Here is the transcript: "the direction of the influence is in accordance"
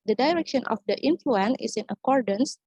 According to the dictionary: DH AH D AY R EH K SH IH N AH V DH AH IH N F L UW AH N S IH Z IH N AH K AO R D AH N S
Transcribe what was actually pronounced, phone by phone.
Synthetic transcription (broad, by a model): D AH D AY R EH K SH IH N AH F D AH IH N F L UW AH N IH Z IH N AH K AO R D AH N S